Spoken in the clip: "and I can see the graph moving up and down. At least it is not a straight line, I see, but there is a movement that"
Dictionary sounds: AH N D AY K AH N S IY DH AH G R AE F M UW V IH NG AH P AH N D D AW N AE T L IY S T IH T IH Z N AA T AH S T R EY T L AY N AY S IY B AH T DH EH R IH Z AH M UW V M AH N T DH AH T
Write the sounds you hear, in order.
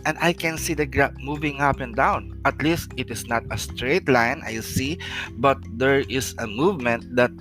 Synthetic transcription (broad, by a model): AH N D AY K AH N S IY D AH G R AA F M UW V IH NG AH P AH N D D AW N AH T L IY S T IH T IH S N AA T AH S T R EY T L AY N AY S IY B AH T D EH R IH S AH M UW V M AH N T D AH T